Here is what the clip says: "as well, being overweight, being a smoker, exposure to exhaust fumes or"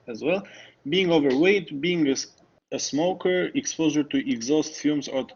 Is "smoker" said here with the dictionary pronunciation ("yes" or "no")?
yes